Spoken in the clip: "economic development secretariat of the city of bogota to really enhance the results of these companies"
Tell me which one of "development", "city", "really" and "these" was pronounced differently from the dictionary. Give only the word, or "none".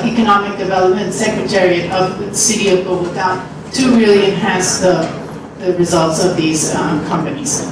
none